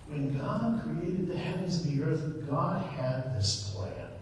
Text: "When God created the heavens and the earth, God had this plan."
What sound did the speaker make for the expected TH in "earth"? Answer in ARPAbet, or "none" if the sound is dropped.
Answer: TH